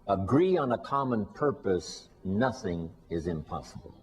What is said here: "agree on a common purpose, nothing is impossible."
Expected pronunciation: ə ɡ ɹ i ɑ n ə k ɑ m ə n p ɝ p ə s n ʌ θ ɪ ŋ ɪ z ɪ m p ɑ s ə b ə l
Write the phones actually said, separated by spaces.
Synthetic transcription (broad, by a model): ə ɡ ɹ i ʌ n ə k ɑ m ə n p ɝ p ə s n ʌ θ ɪ ŋ ɪ z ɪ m p ɑ s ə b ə l